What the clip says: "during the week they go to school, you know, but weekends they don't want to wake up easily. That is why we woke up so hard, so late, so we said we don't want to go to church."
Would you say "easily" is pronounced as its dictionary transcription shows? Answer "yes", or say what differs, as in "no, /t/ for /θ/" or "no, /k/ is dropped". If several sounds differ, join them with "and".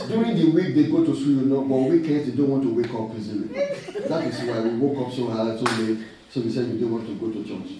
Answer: no, /n/ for /l/